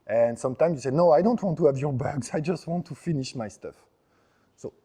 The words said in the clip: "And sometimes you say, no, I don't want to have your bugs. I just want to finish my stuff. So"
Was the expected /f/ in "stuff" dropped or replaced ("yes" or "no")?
no